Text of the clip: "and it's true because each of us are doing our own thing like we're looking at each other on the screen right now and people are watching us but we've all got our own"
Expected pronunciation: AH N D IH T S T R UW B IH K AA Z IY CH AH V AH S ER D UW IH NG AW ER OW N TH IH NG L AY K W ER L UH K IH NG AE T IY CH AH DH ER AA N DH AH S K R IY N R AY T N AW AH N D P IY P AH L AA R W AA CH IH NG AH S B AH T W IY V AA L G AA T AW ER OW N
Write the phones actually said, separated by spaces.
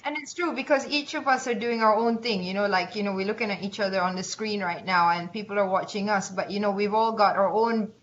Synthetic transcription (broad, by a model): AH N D IH T S T R UW B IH K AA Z IY CH AH V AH S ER D UW IH NG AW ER OW N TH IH NG L AY K W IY L UH K IH NG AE T IY CH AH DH ER AA N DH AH S K R IY N R AY T N AW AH N P IY P AH L AA R W AA CH IH NG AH S B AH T W IY V AA L G AA T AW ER OW N